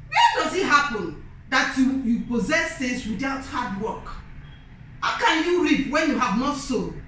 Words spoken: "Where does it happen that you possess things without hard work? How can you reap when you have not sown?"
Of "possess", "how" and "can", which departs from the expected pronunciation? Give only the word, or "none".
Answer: none